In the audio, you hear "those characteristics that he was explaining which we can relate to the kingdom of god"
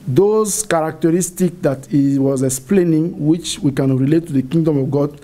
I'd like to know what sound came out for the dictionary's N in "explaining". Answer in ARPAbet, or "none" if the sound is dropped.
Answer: N